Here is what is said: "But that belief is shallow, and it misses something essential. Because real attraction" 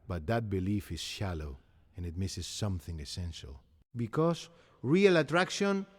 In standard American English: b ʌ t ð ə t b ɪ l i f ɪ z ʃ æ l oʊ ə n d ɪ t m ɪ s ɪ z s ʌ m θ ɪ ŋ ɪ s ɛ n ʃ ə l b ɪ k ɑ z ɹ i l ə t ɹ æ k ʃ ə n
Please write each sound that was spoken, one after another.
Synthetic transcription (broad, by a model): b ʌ t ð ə t b ɪ l i f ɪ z ʃ æ l oʊ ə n ɪ t m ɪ s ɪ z s ʌ m θ ɪ ŋ ɪ s ɛ n ʃ ə l b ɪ k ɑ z ɹ i l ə t ɹ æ k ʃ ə n